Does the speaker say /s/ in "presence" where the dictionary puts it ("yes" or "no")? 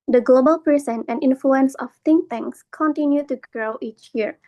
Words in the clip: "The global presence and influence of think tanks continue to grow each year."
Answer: no